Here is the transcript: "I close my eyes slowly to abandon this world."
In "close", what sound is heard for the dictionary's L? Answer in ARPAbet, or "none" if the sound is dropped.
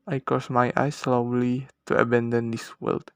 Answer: none